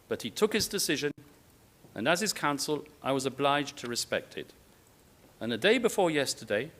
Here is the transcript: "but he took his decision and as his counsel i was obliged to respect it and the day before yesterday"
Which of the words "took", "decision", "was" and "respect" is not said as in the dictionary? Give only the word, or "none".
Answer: none